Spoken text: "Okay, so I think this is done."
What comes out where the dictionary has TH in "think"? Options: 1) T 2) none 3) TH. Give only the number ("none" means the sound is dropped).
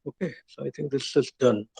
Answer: 1